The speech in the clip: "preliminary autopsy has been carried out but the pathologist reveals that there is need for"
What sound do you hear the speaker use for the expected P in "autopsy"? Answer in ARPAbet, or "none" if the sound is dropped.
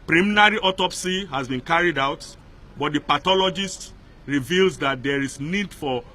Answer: P